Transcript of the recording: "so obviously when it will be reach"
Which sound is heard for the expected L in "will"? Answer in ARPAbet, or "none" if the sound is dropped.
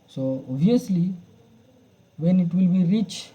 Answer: L